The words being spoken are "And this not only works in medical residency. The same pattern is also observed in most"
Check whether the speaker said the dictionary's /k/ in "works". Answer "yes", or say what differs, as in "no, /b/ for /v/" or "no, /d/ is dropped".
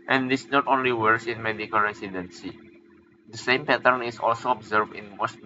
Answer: no, /k/ is dropped